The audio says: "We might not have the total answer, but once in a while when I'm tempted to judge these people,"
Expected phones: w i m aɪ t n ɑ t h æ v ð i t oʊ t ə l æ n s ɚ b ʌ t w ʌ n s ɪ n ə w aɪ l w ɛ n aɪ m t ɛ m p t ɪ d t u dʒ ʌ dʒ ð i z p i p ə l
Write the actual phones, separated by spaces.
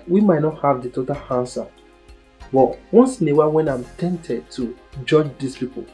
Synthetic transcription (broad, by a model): w i m aɪ t n ɑ t h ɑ v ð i t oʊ t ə l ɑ n s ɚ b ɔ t w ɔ n s ɪ n ə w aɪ w ɛ n aɪ m t ɛ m t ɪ d t u dʒ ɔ dʒ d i s p i p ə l